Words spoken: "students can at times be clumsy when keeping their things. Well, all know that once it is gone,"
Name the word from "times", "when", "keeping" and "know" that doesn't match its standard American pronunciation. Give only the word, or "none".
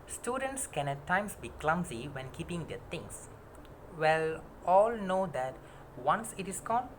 times